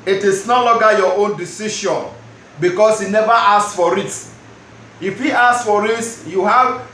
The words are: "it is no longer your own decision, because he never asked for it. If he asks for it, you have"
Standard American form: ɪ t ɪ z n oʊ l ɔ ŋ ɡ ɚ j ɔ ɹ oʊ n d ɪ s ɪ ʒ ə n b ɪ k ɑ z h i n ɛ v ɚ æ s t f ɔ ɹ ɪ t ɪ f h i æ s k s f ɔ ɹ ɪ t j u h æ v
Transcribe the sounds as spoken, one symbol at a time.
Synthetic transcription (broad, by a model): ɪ t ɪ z n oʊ l ɔ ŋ ɡ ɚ j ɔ oʊ n d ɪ s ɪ ʃ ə n b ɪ k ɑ s h i n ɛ v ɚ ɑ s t f ɔ ɹ ɪ t ɪ f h i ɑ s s f ɔ ɹ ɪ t j u h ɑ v